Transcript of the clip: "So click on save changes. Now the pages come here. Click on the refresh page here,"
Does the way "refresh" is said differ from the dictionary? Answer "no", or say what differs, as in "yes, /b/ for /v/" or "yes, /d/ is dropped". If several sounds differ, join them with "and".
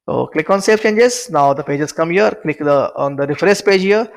yes, /s/ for /ʃ/